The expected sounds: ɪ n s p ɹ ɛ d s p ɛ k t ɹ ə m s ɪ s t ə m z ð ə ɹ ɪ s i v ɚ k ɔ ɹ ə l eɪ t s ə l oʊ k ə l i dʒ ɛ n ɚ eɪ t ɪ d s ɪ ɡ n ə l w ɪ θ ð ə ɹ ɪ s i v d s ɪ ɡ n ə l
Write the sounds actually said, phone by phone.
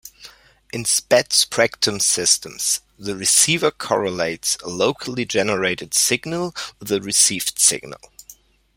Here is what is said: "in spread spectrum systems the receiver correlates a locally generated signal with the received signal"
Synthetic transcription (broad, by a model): ɪ n s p ɛ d s p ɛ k t ə m s ɪ s t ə m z ð ə ɹ ɪ s i v ɚ k ɔ ɹ ə l eɪ t s ə l oʊ k ə l i dʒ ɛ n ɚ eɪ t ɪ d s ɪ ɡ n ə l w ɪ ð ə ɹ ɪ s i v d s ɪ ɡ n ə l